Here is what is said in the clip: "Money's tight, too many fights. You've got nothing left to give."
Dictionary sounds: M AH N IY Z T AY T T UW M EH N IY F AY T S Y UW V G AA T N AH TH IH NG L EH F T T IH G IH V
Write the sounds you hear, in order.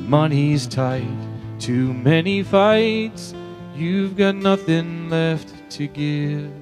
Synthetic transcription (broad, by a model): M AH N IY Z T AY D T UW M EH N IY F AY T S Y UW V G AA T N AH TH IH NG L EH F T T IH G IH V